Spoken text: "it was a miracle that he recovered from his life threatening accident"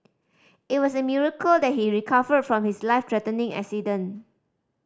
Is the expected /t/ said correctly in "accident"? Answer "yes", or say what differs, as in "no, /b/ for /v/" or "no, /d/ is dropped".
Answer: no, /t/ is dropped